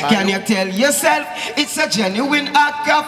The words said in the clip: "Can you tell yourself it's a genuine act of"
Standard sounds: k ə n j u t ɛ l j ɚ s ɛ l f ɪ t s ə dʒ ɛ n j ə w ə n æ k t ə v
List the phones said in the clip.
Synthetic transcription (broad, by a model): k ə n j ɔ t ɛ l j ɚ s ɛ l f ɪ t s ə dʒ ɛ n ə w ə n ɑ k ə